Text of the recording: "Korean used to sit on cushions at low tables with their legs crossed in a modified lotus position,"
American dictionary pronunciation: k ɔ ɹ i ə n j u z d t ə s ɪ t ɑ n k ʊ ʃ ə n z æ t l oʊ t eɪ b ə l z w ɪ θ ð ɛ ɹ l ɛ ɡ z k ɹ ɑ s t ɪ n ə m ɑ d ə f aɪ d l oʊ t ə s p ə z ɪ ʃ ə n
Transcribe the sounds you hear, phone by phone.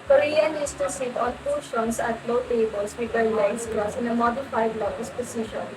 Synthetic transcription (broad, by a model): k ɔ ɹ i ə n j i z t ə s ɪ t ɑ n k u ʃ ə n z æ t l oʊ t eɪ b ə l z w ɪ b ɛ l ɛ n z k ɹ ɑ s ɪ n ə m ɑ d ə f aɪ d l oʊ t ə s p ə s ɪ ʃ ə n